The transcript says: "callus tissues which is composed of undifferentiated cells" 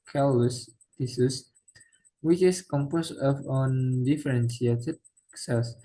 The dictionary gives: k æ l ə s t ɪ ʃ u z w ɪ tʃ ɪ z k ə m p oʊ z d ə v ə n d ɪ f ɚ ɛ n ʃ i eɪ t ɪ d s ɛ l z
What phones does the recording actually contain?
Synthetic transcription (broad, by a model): k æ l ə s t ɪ s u s w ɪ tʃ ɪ s k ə m p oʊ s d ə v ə n d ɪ f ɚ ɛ n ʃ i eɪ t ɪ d s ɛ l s